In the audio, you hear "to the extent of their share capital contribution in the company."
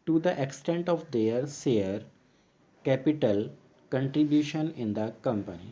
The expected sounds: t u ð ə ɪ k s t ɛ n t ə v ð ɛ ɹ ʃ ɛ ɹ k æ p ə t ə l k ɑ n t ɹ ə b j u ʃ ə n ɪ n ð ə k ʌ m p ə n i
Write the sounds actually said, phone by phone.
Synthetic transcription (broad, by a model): t u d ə ɪ k s t ɛ n t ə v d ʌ ɹ s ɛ ɹ k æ p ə t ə l k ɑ n t ɹ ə b j u ʃ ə n ɪ n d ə k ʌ m p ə n i